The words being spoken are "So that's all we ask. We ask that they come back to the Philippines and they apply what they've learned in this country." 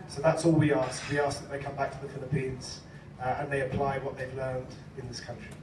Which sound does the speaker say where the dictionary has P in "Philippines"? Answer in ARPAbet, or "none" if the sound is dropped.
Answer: P